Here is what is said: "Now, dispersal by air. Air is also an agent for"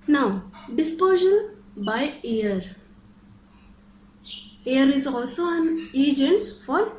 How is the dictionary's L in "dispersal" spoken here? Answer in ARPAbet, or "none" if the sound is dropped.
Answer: N